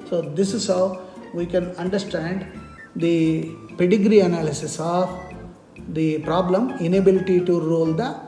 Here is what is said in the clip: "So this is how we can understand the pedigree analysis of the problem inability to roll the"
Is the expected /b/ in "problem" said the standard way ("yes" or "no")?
yes